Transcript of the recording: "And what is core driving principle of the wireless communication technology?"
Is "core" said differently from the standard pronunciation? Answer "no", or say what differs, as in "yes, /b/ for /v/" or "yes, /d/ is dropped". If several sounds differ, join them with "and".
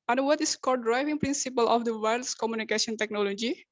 yes, /l/ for /ɹ/